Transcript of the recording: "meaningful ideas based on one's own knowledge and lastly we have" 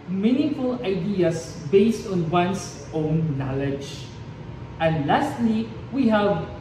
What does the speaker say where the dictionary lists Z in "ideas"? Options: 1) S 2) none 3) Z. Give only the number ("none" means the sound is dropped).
1